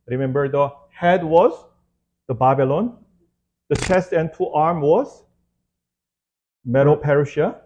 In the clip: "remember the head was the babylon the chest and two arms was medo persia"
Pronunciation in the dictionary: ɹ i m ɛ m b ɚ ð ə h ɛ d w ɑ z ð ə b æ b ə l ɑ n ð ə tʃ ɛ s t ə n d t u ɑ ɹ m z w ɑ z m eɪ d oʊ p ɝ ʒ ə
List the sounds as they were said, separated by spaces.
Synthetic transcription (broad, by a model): ɹ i m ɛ m b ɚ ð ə h ɛ d w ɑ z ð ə b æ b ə l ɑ n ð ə tʃ ɛ s t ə n t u ɑ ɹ m w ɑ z m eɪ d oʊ p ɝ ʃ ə